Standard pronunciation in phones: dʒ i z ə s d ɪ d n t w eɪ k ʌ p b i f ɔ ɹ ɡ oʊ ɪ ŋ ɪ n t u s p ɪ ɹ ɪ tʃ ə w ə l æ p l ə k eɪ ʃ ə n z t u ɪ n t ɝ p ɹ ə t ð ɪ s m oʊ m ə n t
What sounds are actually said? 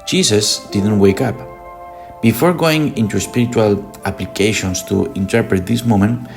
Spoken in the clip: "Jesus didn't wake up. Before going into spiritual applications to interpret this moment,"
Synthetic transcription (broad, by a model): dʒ i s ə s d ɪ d n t w eɪ k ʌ p b i f ɔ ɹ ɡ oʊ ɪ ŋ ɪ n t u s p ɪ ɹ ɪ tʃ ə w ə l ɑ p l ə k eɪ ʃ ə n s t u ɪ n t ɝ p ɹ ə t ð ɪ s m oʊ m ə n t